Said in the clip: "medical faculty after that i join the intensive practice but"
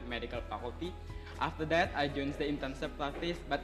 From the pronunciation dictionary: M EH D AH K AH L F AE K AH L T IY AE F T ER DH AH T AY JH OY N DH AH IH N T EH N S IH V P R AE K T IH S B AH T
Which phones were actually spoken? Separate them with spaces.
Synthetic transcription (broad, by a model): M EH D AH K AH L P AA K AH T IY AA F T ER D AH T AY JH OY N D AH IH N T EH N S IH P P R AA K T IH S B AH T